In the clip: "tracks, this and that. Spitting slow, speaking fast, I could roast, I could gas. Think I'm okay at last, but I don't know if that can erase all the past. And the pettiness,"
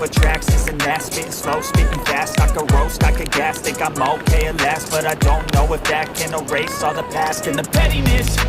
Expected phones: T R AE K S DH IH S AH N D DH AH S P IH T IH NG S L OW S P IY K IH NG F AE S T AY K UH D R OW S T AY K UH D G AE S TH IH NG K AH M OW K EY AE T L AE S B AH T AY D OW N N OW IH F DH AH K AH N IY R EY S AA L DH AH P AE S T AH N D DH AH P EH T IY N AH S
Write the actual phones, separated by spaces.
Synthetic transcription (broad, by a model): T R AE K S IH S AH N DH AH S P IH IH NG S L OW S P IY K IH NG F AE S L AY K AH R OW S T AY K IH G AE S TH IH K AH M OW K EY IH L AE S B AH T AY D OW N N OW IH F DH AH K AH N IY R EY S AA DH AH P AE S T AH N DH AH P EH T IY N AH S